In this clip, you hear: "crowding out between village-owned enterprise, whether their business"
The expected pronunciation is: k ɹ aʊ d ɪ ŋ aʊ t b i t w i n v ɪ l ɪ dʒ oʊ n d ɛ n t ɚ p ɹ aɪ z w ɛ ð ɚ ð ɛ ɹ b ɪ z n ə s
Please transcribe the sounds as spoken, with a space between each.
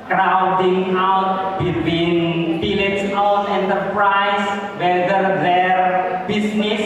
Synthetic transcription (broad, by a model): k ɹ aʊ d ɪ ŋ aʊ t b i t w i n b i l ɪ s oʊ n ɛ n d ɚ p ɹ aɪ s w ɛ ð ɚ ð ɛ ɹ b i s n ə s